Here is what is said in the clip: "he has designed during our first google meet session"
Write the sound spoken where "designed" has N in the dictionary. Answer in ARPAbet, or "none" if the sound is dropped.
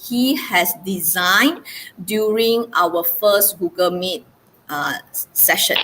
N